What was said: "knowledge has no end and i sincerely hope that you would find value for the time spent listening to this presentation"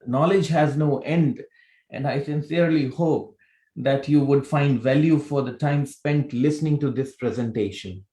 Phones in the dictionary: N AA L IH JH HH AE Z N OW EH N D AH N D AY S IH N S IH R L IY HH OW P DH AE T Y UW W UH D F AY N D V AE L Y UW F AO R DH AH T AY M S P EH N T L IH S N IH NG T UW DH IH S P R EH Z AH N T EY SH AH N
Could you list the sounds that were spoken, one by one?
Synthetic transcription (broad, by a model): N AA L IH JH HH AE Z N OW EH N D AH N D AY S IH N S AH R L IY HH OW P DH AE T Y UW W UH D F AY N D V AE L Y UW F AO R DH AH T AY M S P EH N T L IH S N IH NG T UW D IH S P R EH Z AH N T EY SH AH N